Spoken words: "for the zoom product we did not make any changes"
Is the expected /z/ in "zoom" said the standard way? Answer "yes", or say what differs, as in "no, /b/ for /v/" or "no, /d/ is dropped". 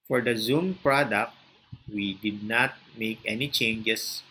yes